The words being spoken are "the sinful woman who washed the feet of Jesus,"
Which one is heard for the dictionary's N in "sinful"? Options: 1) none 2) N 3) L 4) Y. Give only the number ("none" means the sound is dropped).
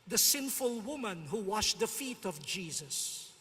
2